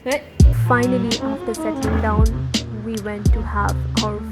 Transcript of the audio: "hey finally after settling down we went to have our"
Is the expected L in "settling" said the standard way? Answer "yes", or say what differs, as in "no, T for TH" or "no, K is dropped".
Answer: no, L is dropped